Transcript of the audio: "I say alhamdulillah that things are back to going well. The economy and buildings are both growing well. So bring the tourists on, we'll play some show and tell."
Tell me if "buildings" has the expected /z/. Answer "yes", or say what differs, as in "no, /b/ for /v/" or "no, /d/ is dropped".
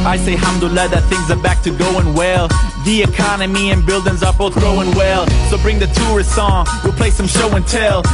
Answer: yes